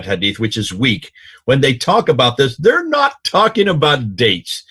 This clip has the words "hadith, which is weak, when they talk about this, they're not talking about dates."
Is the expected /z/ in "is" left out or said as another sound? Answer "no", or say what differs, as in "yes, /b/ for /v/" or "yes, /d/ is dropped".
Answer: no